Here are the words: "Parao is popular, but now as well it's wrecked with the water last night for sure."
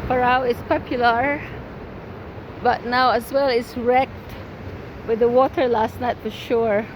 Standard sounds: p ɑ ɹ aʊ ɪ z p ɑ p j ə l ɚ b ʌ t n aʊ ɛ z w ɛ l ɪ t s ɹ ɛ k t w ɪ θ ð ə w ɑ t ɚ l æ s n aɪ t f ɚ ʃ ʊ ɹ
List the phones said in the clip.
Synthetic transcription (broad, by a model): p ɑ ɹ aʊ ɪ s p ɑ p j ə l ɚ b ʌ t n aʊ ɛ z w ɛ l ɪ t s ɹ ɛ k t w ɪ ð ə w ɑ t ɚ l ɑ s n aɪ t f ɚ ʃ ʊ ɹ